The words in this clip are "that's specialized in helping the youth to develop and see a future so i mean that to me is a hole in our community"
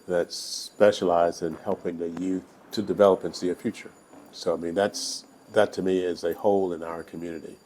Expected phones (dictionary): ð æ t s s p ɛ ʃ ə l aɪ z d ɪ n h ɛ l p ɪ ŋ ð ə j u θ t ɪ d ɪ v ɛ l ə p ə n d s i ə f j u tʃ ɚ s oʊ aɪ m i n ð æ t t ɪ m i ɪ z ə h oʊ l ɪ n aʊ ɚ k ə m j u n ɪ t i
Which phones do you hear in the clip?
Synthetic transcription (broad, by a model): ð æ t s s p ɛ ʃ ə l aɪ z d ɪ n h ɛ l p ɪ ŋ ð ə j u θ t ɪ d ɪ v ɛ l ə p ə n s i ə f j u tʃ ɚ s oʊ aɪ m i n ð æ t t ɪ m i ɪ z ə h oʊ l ɪ n aʊ ɚ k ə m j u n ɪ t i